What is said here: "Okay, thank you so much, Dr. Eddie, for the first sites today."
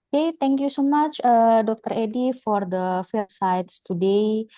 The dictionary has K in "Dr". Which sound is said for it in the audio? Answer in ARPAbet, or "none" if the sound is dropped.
K